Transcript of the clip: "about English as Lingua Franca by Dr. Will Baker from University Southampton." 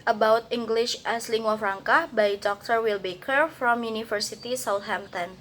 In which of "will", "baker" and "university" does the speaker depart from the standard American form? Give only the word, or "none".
university